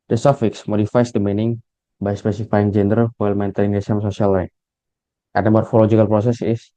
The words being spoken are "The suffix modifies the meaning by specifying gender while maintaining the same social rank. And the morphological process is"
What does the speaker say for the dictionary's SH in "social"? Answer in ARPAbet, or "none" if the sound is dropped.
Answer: S